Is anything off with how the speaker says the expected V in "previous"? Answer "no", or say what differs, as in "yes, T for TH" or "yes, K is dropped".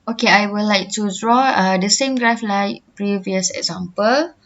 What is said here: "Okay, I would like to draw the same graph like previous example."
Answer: no